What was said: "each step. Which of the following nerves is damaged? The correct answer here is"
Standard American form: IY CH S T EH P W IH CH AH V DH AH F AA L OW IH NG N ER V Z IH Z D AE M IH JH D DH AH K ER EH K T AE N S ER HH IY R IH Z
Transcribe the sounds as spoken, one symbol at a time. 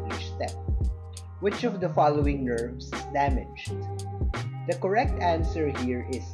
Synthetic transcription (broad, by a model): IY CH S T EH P W IH CH AH V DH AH F AA L OW IH NG N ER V S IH D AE M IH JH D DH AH K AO EH K T AE N S ER HH IY R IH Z